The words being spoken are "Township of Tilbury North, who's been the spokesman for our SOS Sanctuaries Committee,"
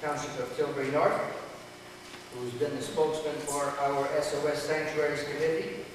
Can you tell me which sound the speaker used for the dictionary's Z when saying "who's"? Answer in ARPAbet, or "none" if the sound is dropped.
Z